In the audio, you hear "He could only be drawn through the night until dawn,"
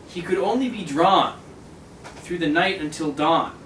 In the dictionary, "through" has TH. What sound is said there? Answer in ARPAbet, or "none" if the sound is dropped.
TH